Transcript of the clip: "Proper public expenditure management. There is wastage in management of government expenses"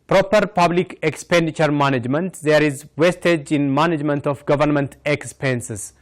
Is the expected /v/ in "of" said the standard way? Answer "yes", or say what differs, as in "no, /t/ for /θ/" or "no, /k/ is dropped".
no, /f/ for /v/